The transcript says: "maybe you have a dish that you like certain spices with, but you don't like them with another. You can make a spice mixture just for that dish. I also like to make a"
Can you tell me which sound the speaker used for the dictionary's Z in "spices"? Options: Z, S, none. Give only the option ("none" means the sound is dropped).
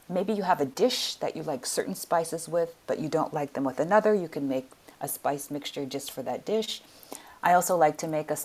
Z